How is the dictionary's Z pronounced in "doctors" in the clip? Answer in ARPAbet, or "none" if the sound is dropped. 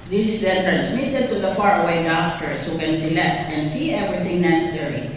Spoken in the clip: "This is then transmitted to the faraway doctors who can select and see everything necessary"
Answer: S